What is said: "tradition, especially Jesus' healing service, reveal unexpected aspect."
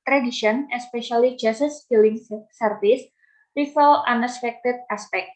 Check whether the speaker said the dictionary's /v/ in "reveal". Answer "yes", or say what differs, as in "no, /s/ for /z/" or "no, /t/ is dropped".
no, /f/ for /v/